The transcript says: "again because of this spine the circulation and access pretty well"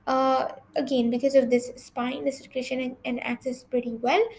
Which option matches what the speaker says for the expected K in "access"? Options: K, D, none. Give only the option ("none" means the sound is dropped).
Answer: K